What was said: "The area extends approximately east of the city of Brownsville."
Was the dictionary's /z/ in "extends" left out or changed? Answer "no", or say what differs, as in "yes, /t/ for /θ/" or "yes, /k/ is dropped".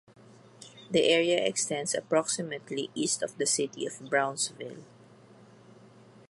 yes, /s/ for /z/